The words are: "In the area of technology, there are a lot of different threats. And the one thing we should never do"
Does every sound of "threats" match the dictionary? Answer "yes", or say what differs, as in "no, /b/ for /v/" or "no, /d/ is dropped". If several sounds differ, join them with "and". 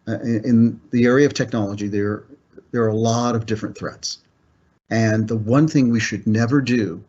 yes